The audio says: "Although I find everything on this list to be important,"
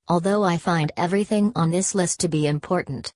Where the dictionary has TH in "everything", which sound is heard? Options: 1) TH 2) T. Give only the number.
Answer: 1